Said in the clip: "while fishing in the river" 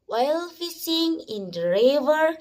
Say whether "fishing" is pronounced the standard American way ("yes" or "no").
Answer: no